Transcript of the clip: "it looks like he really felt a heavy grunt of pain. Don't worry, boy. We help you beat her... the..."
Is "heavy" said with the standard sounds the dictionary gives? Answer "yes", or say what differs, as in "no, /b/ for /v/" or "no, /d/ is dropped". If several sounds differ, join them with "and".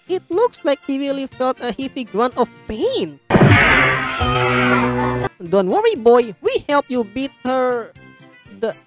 no, /f/ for /v/